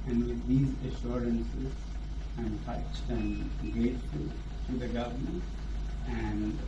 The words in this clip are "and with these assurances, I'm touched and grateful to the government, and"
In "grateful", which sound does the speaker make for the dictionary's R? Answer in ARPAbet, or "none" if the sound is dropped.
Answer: none